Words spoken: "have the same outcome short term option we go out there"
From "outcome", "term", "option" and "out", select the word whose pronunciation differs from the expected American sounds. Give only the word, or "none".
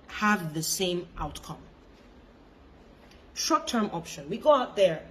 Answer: none